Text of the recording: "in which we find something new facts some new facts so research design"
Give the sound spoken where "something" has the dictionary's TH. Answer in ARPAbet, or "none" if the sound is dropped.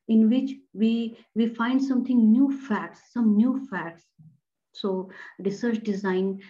T